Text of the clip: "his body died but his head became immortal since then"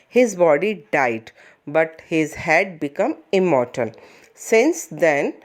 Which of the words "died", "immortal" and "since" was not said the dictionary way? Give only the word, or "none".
immortal